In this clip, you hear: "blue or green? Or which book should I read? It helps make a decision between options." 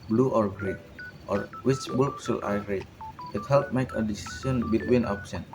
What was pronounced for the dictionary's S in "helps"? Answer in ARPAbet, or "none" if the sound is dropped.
none